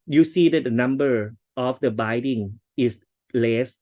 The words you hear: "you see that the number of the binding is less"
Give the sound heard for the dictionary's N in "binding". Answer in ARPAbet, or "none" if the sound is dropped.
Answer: none